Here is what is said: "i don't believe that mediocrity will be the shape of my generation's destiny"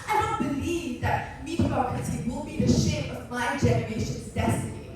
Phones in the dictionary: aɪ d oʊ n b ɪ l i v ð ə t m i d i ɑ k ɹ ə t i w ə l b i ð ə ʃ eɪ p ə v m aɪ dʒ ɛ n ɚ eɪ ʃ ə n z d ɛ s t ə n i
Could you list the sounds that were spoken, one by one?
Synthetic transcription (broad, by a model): aɪ d oʊ n b ɪ l i v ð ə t m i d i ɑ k ə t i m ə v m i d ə ʃ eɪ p ə v m aɪ dʒ ɛ n ɚ eɪ ʃ ə n z d ɛ s t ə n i